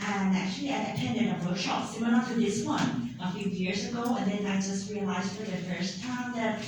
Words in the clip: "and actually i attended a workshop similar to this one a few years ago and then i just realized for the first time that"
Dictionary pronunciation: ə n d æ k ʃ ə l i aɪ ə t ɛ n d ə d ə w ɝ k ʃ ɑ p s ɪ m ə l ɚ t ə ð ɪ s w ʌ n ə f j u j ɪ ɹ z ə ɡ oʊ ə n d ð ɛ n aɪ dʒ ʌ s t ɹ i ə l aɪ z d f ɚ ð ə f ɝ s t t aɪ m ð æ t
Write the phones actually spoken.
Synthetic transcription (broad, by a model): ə n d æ k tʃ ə l i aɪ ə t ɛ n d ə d ə w ɝ k ʃ ɑ p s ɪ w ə n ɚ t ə ð ɪ s w ʌ n ə f j u j ɪ ɹ z ə ɡ oʊ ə n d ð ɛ n aɪ dʒ ʌ s t ɹ i ə l aɪ z d f ɚ ð ə f ɝ s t t aɪ m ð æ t